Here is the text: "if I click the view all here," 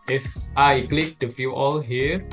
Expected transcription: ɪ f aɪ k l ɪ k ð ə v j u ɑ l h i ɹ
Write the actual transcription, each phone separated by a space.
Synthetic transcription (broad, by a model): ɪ f aɪ k l ɪ k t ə f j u ɑ l h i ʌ